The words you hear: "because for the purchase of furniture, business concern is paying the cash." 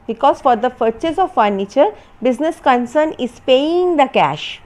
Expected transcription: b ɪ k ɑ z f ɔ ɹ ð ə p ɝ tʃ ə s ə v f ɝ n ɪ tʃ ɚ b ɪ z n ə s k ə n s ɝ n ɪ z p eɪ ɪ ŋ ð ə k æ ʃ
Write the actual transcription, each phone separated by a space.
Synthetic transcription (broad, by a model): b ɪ k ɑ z f ɔ ɹ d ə f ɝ tʃ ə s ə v f ɝ n ɪ tʃ ɚ b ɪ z n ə s k ə n s ɝ n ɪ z p eɪ ɪ ŋ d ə k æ ʃ